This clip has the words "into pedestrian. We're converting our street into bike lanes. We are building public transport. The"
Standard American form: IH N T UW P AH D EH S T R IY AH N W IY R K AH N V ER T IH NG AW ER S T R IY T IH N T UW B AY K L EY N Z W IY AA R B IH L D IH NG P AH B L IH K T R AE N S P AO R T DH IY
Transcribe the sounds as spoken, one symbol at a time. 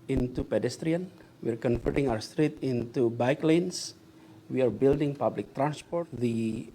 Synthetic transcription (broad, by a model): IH N T UW P AH D EH S T R IY AH N W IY R K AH N F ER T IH NG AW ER S T R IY T IH N T UW B AY K L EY N S W IY AA R B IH L D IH NG P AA B L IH K T R AE N S P AO R T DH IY